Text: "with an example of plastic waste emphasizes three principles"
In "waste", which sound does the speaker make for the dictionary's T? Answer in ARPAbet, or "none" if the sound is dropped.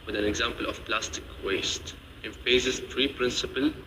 T